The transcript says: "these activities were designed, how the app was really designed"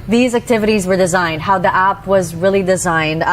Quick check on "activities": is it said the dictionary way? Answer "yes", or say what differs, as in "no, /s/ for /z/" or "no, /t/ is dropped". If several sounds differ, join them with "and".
yes